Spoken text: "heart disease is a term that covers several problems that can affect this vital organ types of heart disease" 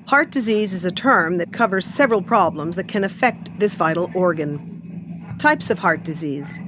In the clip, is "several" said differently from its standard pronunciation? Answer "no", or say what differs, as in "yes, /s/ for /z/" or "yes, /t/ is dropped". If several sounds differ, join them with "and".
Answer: no